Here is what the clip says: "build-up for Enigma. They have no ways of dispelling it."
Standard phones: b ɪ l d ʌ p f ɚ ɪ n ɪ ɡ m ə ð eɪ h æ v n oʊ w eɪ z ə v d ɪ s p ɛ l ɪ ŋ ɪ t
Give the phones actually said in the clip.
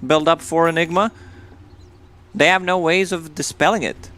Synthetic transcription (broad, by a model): b ɪ l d ʌ p f ɚ ɪ n ɪ ɡ m ə ð eɪ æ v n oʊ w eɪ z ə v d ɪ s p ɛ l ɪ ŋ ɪ t